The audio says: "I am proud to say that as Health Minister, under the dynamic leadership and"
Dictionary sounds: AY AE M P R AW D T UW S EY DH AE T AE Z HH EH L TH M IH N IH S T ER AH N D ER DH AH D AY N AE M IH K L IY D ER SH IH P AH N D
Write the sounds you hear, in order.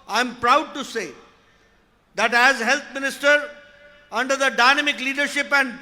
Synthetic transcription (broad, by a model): AY M P R AW D T UW S EY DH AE T AE Z HH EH L T M IH N IH S T ER AH N D ER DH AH D AY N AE M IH K L IY D ER SH IH P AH N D